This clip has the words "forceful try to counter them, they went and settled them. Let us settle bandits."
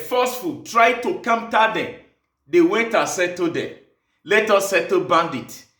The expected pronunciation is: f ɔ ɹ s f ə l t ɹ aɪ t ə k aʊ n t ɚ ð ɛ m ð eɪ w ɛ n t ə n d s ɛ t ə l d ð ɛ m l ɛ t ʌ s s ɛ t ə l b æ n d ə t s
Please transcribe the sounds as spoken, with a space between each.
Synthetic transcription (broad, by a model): f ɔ s f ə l t ɹ aɪ t ə k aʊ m t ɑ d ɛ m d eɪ w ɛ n t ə s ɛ t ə d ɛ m l ɛ t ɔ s s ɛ t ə b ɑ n d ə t